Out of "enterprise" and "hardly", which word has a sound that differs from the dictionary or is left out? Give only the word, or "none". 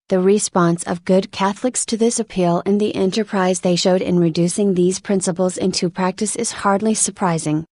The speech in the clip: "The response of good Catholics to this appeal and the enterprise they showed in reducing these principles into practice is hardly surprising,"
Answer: none